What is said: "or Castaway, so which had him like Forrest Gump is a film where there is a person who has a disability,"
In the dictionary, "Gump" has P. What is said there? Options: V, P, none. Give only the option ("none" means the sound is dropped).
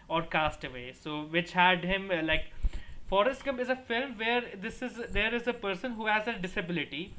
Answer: none